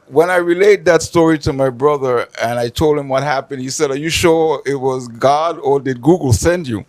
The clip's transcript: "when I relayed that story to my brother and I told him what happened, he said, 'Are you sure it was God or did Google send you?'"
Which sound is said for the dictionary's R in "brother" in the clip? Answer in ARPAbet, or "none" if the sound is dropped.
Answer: R